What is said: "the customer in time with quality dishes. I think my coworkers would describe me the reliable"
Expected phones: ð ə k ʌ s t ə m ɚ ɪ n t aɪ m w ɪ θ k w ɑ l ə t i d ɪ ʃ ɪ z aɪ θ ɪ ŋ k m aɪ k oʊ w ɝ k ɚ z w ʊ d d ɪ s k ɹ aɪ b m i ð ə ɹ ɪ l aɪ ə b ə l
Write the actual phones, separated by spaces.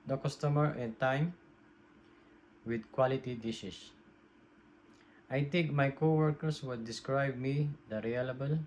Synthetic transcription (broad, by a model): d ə k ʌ s t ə m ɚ ɪ n t aɪ m w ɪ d k w ɑ l ə t i d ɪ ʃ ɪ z aɪ t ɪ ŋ k m aɪ k oʊ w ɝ k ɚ s w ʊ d d ɪ s k ɹ aɪ b m i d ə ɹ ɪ l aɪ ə b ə l